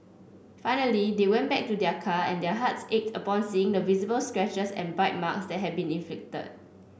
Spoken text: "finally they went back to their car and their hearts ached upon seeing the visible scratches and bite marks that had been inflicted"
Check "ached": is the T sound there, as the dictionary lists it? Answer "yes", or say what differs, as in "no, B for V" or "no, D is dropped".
yes